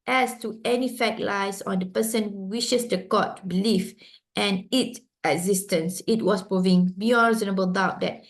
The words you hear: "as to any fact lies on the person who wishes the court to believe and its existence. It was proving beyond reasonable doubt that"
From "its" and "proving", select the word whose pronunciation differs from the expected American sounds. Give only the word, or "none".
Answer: none